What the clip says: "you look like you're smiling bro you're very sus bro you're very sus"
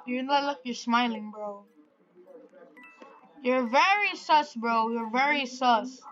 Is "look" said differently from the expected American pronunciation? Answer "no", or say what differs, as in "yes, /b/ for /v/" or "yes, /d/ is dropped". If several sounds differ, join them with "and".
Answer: yes, /n/ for /l/